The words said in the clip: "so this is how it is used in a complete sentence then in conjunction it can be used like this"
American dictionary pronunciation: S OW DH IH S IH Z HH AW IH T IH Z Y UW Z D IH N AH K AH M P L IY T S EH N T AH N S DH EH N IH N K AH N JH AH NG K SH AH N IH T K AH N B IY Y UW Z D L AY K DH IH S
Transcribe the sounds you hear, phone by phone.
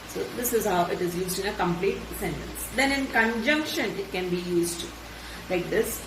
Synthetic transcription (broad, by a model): S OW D IH S IH Z HH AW IH T IH Z Y UW Z D IH N AH K AH M P L IY T S EH N T AH N S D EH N IH N K AH N JH AH NG K SH AH N IH T K AH N B IY Y UW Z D L AY K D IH S